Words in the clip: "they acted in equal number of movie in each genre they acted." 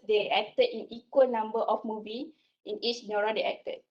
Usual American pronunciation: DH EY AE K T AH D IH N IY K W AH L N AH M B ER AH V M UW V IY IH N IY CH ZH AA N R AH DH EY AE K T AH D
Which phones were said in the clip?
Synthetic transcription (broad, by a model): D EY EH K T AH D IH N IY K W AH L N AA M B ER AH F M UW V IY IH N IY CH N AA R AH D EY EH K T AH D